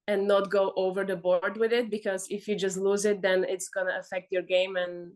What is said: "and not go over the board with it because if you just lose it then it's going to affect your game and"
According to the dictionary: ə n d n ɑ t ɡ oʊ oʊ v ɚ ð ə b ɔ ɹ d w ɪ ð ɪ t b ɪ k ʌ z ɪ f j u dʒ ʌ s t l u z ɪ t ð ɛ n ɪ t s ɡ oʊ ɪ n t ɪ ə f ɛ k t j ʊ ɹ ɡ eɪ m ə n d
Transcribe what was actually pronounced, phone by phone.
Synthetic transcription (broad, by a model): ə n n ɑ t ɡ oʊ oʊ v ɚ ð ə b ɔ ɹ d w ɪ ð ɪ t b ɪ k ʌ z ɪ f j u dʒ ʌ s t l u z ɪ t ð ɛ n ɪ t s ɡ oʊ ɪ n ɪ ə f ɛ k t j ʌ ɹ ɡ eɪ m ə n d